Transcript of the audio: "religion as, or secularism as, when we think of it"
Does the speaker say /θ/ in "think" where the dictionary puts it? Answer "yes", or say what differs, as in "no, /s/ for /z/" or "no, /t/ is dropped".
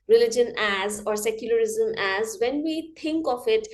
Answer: no, /t/ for /θ/